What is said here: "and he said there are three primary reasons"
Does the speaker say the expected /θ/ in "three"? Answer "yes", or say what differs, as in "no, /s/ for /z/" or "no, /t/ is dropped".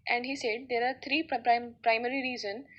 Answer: no, /t/ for /θ/